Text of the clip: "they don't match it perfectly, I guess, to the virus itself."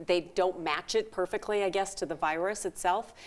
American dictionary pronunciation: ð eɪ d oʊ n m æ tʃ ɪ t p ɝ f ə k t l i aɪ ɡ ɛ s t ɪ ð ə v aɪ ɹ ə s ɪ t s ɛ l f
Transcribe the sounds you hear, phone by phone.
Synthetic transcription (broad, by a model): ð eɪ d oʊ n m æ tʃ ɪ t p ɝ f ə k t l i aɪ ɡ ɛ s t ɪ ð ə v aɪ ɹ ə s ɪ t s ɛ l f